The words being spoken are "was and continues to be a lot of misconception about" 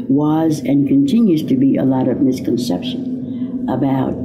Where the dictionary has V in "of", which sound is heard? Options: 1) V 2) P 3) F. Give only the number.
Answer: 1